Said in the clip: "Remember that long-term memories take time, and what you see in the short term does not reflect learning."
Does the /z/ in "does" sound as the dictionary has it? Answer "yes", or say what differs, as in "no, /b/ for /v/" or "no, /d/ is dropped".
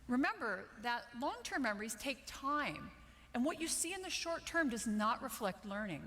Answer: yes